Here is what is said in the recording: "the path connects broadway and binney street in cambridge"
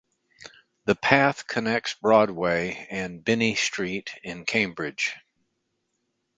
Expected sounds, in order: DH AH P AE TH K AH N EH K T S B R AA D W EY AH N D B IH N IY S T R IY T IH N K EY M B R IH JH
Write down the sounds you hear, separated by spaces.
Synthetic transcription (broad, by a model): DH AH P AE TH K AH N EH K T S B R AA D W EY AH N B IH N IY S T R IY T IH N K EY M B R IH JH